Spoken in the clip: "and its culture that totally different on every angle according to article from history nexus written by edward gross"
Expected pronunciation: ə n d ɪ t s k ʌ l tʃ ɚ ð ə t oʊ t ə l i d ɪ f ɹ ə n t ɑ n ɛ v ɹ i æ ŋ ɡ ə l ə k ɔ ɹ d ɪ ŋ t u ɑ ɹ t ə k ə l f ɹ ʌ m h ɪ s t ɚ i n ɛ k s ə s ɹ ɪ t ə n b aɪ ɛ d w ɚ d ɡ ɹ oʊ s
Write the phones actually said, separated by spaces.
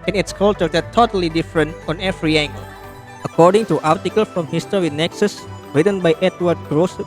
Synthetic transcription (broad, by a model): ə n ɪ t s k ʌ l tʃ ɚ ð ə t oʊ t ə l i d ɪ f ɹ ə n t ɑ n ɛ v ɹ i æ ŋ ɡ ə l ə k ɔ ɹ d ɪ ŋ t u ɑ ɹ t ə k ə l f ɹ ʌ m h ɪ s t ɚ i n ɛ k s ə s ɹ ɪ t ə n b aɪ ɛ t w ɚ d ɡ ɹ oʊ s